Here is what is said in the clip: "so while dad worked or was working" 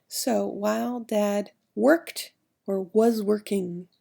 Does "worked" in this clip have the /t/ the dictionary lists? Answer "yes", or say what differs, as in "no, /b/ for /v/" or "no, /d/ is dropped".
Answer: yes